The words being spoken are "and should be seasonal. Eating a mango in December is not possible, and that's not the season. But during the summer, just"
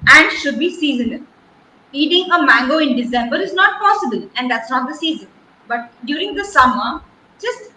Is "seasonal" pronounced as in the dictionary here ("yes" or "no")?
no